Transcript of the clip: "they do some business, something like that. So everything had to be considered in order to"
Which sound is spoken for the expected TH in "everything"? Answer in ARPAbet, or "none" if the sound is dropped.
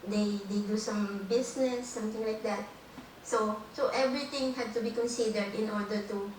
T